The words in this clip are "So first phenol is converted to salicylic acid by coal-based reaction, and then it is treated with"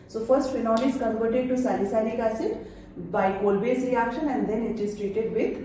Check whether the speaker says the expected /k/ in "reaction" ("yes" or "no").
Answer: yes